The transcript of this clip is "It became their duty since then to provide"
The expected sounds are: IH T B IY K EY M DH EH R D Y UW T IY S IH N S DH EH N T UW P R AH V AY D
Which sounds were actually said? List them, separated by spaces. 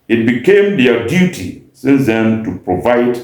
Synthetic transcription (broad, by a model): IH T B IY K EY M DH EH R D Y UW T IY S IH N S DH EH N T UW P R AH V AY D